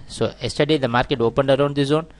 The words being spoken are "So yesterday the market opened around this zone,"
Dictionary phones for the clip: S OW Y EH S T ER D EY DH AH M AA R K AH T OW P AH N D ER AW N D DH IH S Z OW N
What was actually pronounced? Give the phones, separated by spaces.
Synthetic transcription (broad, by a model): S OW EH S T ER D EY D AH M AA R K AH T OW P AH N D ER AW N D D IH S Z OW N